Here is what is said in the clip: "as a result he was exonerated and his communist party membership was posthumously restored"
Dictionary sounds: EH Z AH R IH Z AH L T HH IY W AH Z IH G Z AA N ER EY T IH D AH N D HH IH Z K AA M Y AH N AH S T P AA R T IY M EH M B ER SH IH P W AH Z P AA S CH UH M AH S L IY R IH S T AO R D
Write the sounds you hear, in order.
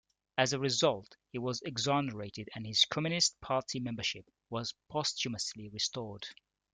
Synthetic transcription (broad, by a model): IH Z AH R IH Z AH L T HH IY W AH Z IH G Z AA N ER EY T IH D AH N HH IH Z K AA M Y AH N AH S T P AA R T IY M EH M B ER SH IH P W AH Z P AA S CH UH M AH S L IY R IH S T AO R D